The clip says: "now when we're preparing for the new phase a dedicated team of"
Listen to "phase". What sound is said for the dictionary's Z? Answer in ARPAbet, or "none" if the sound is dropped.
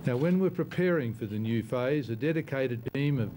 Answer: Z